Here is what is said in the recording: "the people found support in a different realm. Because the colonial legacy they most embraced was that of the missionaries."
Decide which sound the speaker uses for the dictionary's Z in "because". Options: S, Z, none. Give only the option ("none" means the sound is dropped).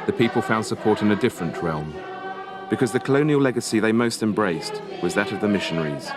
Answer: Z